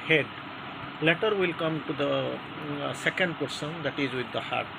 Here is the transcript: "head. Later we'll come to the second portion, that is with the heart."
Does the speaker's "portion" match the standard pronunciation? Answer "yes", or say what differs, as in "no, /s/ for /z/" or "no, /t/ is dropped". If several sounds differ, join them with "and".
no, /s/ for /ʃ/